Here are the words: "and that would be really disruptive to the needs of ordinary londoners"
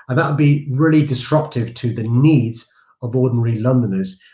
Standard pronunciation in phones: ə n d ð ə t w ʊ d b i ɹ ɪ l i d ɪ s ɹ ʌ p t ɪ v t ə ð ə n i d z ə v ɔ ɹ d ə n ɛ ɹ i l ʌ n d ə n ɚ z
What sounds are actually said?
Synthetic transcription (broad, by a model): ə n ð ə t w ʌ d b i ɹ ɪ l i d ɪ s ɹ ʌ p t ɪ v t ə ð ə n i d z ə v ɔ d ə n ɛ ɹ i l ʌ n d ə n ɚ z